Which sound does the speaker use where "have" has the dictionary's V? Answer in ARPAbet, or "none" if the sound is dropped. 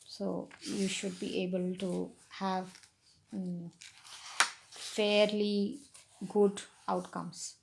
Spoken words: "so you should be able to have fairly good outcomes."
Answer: V